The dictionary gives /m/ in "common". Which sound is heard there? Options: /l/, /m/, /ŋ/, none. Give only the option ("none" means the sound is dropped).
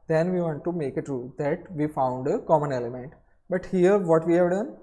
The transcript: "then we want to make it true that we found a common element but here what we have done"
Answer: /m/